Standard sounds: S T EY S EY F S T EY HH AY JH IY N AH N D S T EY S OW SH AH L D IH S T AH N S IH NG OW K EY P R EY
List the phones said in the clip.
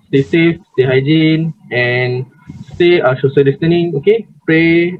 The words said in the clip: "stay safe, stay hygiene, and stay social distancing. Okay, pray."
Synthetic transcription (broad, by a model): S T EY S EY F S T EY HH AY JH IY N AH N S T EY SH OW S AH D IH S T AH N IH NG OW K EY P R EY